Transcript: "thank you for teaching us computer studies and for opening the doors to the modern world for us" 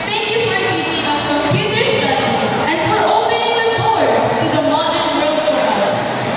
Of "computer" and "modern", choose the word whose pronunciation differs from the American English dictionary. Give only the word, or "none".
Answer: computer